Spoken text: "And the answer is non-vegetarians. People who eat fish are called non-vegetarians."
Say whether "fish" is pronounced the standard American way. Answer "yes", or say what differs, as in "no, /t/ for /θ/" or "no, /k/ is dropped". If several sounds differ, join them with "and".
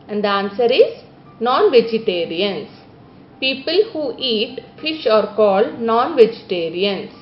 yes